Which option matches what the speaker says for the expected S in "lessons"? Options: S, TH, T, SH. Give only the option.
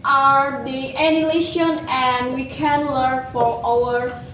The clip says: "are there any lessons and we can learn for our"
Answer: SH